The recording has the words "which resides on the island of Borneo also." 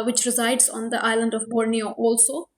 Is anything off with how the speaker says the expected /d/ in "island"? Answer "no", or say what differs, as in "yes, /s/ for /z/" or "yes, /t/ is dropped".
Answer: no